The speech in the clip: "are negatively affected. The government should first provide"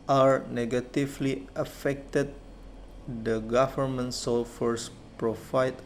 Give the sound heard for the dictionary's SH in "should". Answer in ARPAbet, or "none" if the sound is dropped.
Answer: S